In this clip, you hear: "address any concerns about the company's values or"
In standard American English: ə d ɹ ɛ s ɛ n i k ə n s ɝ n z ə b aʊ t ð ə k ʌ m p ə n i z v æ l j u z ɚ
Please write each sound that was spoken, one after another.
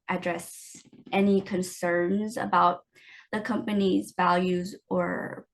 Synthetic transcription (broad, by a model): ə d ɹ ɛ s ɛ n i k ə n s ɝ n z ə b aʊ t ð ə k ʌ m p ə n i z v æ l j u z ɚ